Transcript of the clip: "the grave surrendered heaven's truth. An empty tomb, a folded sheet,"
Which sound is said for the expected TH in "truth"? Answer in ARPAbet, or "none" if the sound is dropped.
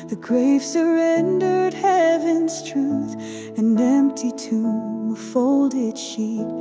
TH